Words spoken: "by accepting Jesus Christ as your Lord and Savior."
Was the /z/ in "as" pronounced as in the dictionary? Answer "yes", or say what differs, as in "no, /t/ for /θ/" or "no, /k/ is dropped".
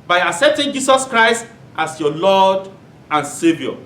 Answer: no, /s/ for /z/